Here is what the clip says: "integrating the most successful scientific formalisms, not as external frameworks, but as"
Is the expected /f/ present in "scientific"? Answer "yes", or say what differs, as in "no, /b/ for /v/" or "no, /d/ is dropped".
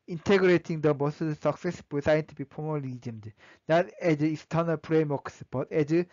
no, /p/ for /f/